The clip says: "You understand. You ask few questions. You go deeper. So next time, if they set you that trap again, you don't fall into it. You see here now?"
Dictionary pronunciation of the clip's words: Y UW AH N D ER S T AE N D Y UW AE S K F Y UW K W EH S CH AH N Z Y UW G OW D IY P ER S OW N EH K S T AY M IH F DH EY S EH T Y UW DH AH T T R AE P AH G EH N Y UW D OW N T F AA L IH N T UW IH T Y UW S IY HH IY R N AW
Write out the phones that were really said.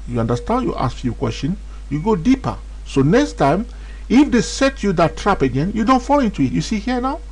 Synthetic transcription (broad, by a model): Y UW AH N D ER S T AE N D Y UW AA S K F Y UW K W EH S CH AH N Y UW G OW D IY P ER S OW N EH K S T AY M IH F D EY S EH T Y UW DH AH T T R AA P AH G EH N Y UW D OW N T F AA L IH N T UW IH T Y UW S IY HH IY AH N AW